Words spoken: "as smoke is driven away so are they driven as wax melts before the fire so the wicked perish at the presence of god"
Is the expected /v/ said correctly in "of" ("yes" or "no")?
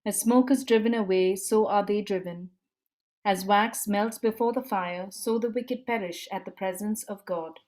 yes